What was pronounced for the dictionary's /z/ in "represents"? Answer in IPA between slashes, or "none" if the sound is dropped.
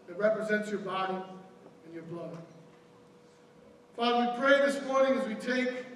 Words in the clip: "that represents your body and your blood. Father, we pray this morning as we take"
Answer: /z/